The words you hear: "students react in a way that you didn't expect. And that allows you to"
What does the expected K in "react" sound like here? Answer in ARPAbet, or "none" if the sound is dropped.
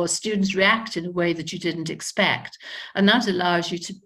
K